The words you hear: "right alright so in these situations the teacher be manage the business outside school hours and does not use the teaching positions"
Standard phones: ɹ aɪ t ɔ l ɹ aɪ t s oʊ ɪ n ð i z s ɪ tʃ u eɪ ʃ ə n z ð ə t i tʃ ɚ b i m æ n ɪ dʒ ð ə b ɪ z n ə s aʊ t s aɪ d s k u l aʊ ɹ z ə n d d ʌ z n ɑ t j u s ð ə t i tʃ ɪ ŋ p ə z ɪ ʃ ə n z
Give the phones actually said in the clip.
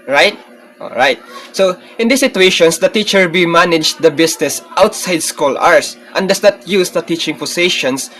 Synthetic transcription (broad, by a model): ɹ aɪ t ɔ l ɹ aɪ t s oʊ ɪ n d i s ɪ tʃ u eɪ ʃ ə n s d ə t i tʃ ɚ b i m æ n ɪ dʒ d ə b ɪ s n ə s aʊ t s aɪ d s k u l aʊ ɹ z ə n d d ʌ s n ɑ t j u s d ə t i tʃ ɪ ŋ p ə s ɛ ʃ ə n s